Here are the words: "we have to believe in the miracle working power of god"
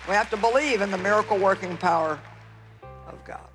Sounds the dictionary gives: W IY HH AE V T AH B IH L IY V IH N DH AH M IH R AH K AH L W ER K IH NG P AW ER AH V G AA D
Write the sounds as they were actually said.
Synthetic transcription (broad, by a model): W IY HH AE F T AH B IH L IY V IH N DH AH M IH R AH K L W ER K IH NG P AW ER AH V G AA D